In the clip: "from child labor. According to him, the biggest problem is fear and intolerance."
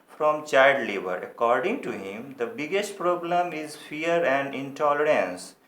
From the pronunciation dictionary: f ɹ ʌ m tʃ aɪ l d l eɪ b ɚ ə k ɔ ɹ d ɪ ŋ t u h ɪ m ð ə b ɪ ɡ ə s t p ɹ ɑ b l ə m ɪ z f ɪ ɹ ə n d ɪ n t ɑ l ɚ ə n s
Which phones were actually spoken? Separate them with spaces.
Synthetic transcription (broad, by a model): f ɹ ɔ m tʃ aɪ d l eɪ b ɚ ə k ɔ ɹ d ɪ ŋ t u h ɪ m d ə b ɪ ɡ ə s t p ɹ ɑ b l ə m ɪ z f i ɹ ə n d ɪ n t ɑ l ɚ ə n s